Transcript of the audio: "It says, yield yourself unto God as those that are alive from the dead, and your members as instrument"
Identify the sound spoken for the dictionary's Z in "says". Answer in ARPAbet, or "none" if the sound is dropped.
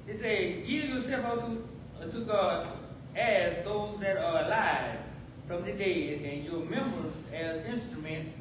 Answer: none